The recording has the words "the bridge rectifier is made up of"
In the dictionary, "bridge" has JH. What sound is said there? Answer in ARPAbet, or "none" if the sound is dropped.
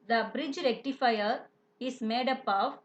JH